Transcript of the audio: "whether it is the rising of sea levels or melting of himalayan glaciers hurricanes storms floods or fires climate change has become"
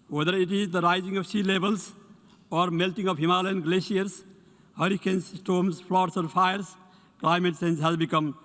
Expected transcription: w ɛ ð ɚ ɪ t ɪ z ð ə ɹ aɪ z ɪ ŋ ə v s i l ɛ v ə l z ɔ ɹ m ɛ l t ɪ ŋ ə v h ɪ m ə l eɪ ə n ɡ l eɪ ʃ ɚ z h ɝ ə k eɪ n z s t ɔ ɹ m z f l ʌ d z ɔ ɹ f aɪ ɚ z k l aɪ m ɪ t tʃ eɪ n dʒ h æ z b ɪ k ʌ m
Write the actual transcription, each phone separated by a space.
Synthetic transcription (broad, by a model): w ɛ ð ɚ ɪ t ɪ z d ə ɹ aɪ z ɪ ŋ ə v s i l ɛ b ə l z ɔ ɹ m ɛ l t ɪ ŋ ə v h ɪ m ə l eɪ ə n ɡ l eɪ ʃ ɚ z h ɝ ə k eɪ n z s t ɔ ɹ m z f l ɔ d s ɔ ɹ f aɪ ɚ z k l aɪ m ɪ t s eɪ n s h æ z b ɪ k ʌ m